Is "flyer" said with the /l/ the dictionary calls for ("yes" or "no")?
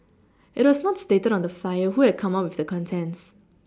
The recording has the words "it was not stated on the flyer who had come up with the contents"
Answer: no